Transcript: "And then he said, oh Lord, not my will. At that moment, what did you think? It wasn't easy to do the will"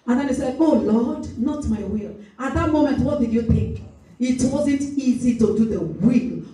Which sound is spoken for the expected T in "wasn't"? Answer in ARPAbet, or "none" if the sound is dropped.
T